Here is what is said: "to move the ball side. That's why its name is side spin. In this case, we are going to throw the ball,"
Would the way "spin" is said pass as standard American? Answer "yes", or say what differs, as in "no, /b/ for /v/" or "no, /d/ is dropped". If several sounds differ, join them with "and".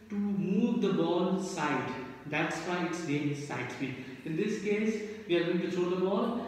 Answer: no, /n/ is dropped